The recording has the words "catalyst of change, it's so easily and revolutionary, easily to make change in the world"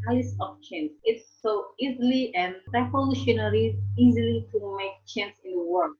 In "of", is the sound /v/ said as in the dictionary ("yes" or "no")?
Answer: no